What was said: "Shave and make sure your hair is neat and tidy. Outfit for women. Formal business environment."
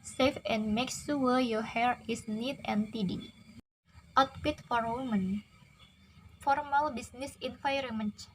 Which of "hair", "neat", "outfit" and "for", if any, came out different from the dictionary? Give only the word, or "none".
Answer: outfit